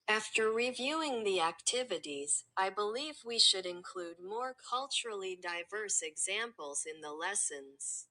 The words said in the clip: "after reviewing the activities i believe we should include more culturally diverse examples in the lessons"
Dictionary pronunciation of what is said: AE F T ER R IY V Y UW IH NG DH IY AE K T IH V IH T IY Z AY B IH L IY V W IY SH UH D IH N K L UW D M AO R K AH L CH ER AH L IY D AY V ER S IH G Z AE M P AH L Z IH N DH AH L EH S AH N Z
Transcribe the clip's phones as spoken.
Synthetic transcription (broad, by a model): AE F T ER R IY V Y UW IH NG DH IY AE K T IH V IH T IY Z AY B IH L IY V W IY SH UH D IH N K L UW D M AO R K AH L CH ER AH L IY D AY V ER S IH G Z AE M P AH L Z IH N DH AH L EH S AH N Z